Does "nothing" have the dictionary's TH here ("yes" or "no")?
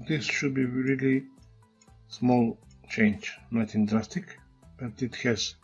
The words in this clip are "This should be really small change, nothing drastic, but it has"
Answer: no